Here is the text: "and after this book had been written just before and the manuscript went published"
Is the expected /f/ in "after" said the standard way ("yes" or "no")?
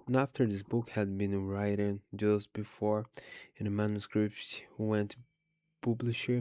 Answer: yes